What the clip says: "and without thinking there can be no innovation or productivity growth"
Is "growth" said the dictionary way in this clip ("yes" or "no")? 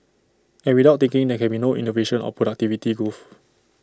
no